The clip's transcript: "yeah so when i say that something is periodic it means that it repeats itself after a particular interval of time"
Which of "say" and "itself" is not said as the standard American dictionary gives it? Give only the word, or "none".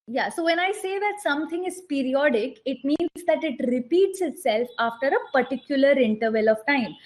none